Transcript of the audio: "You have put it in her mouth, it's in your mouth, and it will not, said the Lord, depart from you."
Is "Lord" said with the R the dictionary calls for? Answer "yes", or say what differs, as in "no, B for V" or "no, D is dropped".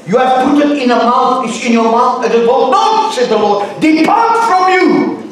yes